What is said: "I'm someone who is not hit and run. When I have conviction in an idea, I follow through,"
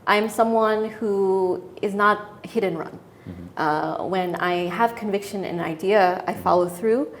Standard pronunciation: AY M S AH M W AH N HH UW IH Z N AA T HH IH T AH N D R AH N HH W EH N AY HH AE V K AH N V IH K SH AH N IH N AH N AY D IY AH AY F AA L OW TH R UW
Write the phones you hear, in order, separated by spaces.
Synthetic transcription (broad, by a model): AY M S AH M W AH N HH UW IH Z N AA T HH IH T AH N R AH N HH W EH N AY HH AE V K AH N V IH K SH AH N IH N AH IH D IY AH AY F AA L OW TH R UW